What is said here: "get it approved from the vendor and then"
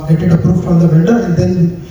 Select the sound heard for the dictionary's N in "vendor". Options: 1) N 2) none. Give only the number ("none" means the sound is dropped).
2